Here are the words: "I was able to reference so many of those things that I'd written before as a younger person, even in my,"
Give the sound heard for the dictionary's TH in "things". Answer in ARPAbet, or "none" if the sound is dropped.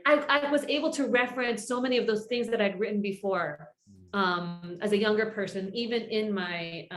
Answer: TH